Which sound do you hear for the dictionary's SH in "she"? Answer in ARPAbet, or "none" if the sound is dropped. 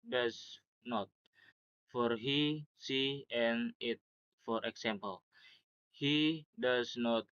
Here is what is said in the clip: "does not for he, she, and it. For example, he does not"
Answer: S